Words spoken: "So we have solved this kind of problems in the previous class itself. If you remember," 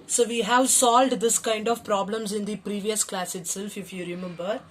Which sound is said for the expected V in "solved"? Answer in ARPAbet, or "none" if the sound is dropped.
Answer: V